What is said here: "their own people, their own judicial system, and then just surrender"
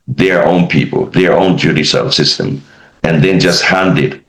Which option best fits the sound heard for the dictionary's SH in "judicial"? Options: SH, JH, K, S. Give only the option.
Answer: S